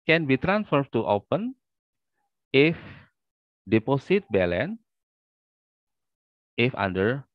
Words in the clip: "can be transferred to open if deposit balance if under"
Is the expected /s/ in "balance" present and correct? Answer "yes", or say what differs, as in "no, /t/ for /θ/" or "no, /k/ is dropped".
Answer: no, /s/ is dropped